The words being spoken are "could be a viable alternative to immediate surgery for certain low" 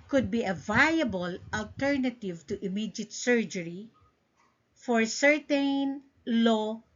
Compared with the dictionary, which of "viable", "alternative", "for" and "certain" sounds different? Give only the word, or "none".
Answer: none